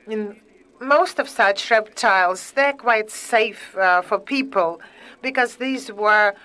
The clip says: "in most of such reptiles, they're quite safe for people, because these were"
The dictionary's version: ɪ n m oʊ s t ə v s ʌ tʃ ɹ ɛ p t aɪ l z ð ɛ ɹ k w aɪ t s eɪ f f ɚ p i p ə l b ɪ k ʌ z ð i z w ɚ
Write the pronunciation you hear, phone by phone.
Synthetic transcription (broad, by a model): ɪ n m oʊ s t ə v s ʌ tʃ ɹ ɛ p t aɪ l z ð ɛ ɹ k w aɪ t s eɪ f f ɚ p i p ə l b ɪ k ʌ z ð i z w ɚ